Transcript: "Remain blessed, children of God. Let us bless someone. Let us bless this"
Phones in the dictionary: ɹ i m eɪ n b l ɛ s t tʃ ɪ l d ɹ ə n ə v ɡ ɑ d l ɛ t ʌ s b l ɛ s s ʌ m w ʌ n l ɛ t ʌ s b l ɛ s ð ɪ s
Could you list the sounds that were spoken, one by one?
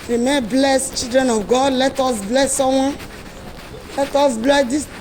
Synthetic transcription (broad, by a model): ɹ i m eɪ b l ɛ s tʃ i l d ɹ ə n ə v ɡ ɑ d l ɛ t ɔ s b l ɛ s s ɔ w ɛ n l ɛ t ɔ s b l ɛ s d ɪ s